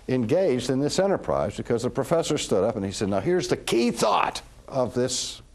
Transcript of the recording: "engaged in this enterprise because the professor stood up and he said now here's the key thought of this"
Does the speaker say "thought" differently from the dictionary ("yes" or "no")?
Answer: no